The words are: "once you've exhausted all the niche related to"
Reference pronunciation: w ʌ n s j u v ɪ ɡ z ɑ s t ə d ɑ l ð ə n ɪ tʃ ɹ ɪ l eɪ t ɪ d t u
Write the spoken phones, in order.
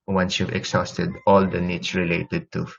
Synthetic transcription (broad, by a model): w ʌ n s j u v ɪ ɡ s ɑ s t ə d ɑ l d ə n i s ɹ ɪ l eɪ t ɪ d t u